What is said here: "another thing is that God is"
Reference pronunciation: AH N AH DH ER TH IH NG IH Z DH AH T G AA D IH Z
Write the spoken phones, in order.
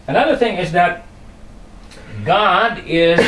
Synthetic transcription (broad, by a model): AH N AH DH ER TH IH NG IH Z DH AH T G AA D IH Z